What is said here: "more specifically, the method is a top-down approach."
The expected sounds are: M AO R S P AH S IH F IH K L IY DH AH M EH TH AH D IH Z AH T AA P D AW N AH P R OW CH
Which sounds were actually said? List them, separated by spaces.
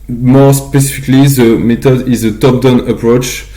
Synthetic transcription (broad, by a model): M AO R S P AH S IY F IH K L IY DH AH M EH T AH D IH Z AH T AA P D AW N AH P R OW CH